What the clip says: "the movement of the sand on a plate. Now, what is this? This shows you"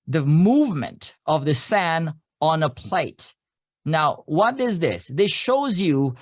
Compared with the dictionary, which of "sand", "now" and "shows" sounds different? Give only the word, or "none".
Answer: sand